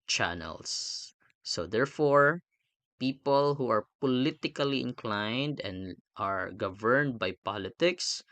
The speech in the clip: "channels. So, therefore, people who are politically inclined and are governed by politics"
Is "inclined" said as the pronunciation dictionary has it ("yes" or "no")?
yes